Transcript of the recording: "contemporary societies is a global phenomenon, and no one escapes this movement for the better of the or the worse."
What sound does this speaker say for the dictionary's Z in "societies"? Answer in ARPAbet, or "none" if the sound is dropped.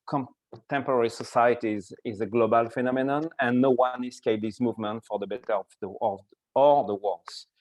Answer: Z